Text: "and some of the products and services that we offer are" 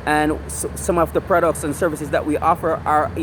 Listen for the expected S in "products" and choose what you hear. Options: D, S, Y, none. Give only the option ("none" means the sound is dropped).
S